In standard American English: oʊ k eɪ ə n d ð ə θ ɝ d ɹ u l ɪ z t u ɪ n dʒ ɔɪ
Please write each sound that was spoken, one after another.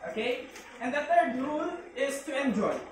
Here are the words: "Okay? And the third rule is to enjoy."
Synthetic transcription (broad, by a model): oʊ k eɪ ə n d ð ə t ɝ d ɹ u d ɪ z t u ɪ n dʒ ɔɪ